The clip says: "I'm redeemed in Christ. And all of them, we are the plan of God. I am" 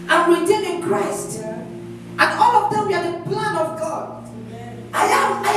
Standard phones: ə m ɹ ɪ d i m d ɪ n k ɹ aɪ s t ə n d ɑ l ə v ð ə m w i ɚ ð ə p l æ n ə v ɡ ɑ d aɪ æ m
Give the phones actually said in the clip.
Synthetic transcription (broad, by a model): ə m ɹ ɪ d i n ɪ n k ɹ aɪ s t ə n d ɑ l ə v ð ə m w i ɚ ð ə p l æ n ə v ɡ ɑ d aɪ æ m